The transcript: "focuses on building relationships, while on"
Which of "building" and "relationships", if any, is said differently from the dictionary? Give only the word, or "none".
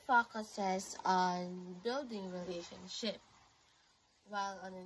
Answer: relationships